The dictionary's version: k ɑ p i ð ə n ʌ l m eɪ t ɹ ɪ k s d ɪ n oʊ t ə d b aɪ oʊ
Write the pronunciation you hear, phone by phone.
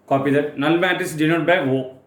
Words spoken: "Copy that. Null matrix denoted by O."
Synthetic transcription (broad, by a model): k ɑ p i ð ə n ʌ l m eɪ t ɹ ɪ s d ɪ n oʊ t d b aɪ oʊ